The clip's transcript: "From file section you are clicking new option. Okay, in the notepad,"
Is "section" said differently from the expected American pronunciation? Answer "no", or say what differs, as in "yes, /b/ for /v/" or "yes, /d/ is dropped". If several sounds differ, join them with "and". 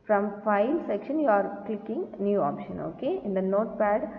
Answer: no